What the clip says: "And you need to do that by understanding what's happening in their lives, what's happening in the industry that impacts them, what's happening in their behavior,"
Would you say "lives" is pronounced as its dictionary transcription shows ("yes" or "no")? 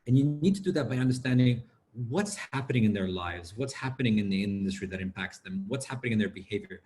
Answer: yes